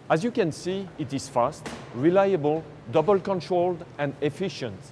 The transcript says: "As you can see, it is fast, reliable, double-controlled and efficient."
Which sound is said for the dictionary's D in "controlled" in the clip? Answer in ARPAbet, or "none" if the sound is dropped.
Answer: D